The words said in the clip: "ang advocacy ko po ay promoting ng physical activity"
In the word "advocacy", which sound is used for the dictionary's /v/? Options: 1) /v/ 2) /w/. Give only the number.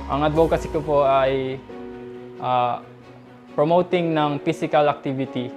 2